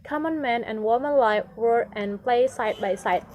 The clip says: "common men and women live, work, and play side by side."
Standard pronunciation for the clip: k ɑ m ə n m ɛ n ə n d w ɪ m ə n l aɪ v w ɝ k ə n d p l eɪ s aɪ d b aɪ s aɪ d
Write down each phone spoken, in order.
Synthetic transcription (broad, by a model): k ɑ m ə n m ɛ n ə n w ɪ m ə n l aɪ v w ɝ ə n p l eɪ s aɪ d b aɪ s aɪ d